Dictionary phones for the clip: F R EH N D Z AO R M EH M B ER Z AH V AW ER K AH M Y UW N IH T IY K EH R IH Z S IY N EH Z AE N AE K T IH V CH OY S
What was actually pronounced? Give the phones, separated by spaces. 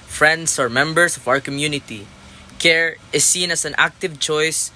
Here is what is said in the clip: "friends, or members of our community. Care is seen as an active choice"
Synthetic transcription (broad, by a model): F R EH N D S AO R M EH M B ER S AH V AW ER K AH M Y UW N IH T IY K EH R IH S IY N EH S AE N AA K T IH V CH OY S